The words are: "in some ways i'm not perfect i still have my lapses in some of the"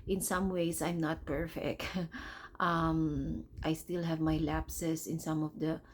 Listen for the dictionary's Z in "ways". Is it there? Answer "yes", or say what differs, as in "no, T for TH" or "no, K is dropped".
no, S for Z